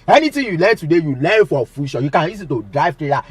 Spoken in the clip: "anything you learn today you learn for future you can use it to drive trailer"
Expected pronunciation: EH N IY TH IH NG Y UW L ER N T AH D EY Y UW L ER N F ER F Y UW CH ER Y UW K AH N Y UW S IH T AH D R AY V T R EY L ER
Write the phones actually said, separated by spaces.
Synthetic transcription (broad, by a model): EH N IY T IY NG Y UW L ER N T AH D EY Y UW L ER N F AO F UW SH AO Y UW K AH N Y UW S IH T AH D R AY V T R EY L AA